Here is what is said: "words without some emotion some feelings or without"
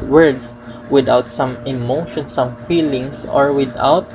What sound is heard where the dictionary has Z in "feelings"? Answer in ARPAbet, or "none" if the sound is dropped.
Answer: S